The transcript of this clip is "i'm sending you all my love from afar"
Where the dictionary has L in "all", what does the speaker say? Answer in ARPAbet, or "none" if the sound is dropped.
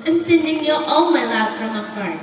N